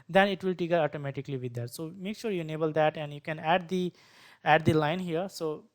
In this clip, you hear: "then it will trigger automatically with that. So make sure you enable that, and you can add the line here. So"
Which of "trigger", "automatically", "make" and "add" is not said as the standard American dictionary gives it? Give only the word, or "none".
trigger